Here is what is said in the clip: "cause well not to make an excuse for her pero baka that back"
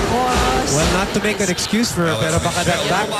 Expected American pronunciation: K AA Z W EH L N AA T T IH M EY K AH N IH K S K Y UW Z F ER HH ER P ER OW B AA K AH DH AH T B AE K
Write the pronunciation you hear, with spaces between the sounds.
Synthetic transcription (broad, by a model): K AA W EH L N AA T T IH M EY K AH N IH K S K Y UW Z F ER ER B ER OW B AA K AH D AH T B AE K